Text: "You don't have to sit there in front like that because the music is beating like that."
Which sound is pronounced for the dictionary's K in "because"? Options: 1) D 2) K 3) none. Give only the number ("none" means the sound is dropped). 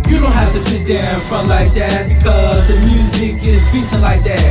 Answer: 2